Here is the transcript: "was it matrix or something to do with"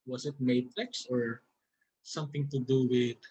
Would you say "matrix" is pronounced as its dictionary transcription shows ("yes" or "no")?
no